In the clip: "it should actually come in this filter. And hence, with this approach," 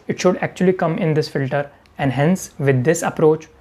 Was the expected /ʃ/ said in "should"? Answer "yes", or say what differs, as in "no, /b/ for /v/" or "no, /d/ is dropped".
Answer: yes